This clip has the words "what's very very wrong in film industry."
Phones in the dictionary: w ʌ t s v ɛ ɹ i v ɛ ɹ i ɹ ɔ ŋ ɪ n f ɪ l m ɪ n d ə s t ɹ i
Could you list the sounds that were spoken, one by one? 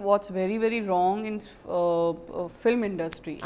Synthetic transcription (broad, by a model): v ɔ t s v ɛ ɹ i v ɛ ɹ i ɹ ɔ ŋ ɪ n f ɪ l m ɪ n d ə s t ɹ i